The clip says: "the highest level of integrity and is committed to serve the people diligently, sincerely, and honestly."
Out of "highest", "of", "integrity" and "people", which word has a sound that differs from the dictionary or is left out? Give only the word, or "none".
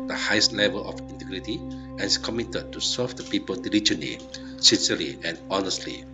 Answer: of